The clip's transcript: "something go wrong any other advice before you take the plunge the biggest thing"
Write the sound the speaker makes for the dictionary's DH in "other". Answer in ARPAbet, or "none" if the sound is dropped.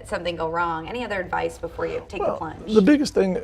DH